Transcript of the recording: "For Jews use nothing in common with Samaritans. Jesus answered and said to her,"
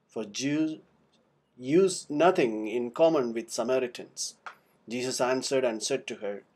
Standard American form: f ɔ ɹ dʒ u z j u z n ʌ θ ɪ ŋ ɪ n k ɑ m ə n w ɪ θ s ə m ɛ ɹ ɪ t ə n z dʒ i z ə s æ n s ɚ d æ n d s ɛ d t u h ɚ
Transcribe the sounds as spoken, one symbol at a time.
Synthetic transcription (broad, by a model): f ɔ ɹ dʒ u j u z n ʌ t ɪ ŋ ɪ n k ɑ m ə n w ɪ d s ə m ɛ ɹ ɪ t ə n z dʒ i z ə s æ n s ɚ d æ n d s ɛ d t u h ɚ